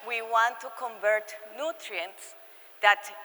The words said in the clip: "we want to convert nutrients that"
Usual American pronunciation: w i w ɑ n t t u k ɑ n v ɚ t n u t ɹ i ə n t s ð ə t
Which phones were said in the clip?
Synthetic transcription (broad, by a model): w i w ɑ n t t u k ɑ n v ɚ t n u t ɹ i ə n t s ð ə t